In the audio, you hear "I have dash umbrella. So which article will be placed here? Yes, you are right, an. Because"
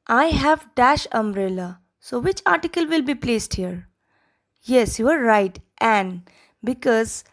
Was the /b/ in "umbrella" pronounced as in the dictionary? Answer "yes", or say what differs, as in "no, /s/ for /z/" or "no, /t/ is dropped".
no, /b/ is dropped